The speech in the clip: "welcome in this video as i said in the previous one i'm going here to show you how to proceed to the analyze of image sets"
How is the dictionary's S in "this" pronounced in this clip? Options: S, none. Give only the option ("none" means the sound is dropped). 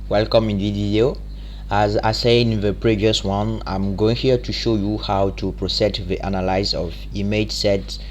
none